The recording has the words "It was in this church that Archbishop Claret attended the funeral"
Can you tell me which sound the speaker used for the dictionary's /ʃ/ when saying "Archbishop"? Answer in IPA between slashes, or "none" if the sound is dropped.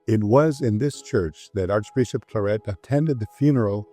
/ʃ/